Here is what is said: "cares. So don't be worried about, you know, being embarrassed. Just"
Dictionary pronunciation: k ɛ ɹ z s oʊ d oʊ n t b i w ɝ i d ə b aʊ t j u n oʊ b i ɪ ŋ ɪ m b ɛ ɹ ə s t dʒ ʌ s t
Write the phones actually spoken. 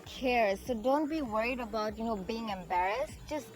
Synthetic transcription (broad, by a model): k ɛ ɹ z s oʊ d oʊ n t b i w ɝ i d ə b aʊ t j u n oʊ b i ɪ ŋ ɪ m b ɛ ɹ ə s t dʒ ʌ s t